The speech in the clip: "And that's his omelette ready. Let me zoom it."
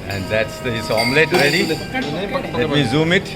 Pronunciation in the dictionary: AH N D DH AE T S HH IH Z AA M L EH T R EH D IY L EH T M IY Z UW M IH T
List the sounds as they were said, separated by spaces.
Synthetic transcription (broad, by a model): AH N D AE T S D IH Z AA M L EH T R EH D IY L EH T M IY Z UW M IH T